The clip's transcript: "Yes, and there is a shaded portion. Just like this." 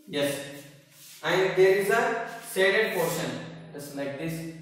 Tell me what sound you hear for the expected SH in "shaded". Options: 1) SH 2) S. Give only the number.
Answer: 2